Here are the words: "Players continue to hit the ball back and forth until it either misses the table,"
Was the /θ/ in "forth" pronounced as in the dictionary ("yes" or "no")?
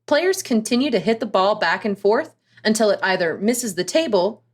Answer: yes